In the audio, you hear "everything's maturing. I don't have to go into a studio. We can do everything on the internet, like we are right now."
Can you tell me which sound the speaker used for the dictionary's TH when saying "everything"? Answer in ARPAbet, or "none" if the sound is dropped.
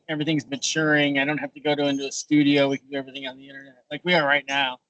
TH